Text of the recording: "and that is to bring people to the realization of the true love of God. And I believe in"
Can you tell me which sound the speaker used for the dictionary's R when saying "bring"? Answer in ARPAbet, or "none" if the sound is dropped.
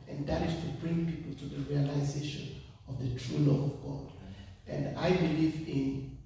R